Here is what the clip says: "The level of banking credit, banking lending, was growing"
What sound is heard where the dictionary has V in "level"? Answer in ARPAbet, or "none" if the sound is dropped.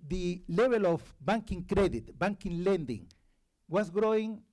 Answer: B